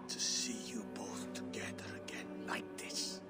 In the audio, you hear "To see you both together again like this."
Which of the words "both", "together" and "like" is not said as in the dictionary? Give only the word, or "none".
none